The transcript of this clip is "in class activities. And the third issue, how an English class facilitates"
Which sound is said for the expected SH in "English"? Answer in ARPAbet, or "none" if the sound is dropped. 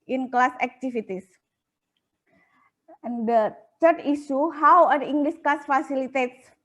S